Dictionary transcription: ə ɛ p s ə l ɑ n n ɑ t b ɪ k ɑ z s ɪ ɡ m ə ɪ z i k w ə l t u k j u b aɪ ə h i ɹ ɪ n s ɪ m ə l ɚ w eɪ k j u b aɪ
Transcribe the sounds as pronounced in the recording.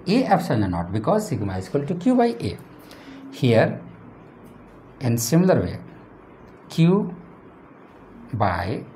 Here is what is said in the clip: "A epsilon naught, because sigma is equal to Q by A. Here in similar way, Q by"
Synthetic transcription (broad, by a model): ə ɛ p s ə n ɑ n n ɑ t b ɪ k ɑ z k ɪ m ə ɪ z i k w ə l t u k j u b aɪ ə h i ɹ ɪ n s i m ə l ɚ w eɪ k j u b aɪ